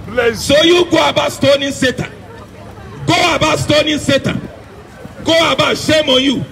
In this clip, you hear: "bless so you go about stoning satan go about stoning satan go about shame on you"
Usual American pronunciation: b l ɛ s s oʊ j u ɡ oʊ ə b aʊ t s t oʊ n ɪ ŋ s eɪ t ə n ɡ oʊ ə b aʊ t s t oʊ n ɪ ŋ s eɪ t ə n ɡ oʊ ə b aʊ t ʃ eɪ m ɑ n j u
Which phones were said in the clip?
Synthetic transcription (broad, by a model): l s s oʊ j u ɡ oʊ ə b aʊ s t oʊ n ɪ s eɪ t ə n ɡ oʊ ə b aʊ s t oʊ n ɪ s eɪ t ə n ɡ oʊ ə b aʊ ʃ eɪ m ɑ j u